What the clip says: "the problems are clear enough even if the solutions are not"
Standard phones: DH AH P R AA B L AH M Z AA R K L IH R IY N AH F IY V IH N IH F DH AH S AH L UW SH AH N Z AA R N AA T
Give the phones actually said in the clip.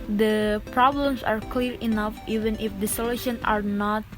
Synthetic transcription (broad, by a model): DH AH P R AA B L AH M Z AA R K L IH R IY N AH F IY V IH N IH F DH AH S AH L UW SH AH N AA R N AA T